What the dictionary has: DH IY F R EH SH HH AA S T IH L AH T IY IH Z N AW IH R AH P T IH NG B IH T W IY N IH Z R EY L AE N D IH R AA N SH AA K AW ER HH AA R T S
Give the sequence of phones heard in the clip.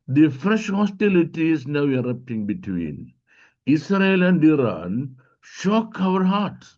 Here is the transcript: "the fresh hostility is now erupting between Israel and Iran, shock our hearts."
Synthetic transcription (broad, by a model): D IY F R EH SH HH AA S T IH L AH T IY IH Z N AW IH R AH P T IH NG B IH T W IY N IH S R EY L AE N D IH R AA N SH AA K AW ER HH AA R T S